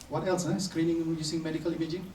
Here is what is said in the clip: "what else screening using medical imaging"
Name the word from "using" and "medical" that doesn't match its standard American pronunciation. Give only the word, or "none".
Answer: using